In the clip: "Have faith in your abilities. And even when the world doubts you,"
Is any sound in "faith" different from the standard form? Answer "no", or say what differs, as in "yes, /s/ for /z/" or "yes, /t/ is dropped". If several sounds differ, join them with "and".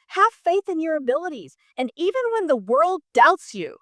no